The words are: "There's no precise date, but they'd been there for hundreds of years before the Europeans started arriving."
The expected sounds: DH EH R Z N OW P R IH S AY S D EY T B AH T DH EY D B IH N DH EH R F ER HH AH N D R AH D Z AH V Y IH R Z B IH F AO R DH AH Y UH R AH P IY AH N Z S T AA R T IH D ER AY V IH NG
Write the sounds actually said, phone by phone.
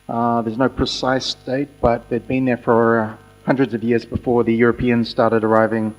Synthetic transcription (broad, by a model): DH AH R Z N OW P R IH S AY S D EY T B AH T DH EY D B IH N DH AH R F ER HH AH N D R AH D Z AH V Y IH R Z B IH F AO R DH AH Y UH R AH P IY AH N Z S T AA R T IH D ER AY V IH NG